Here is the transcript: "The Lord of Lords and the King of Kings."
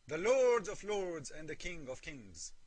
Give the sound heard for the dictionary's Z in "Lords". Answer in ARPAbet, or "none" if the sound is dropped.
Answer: Z